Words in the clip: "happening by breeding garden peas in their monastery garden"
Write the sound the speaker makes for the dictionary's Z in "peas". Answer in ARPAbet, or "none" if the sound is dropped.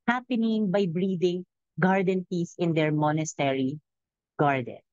S